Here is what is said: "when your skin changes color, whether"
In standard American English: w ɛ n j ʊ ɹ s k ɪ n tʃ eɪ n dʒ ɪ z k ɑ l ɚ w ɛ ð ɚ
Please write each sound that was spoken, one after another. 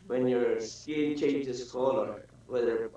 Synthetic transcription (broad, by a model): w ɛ n j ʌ ɹ s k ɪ l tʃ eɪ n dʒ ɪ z k ɑ l ɚ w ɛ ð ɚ